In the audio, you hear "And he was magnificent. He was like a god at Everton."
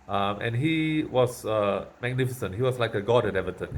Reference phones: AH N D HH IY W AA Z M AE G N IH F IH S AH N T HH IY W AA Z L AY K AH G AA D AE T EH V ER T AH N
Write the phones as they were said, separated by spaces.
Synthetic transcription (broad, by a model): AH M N HH IY W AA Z M AE G N IH F IH S AH N T HH IY W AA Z L AY K AH G AA D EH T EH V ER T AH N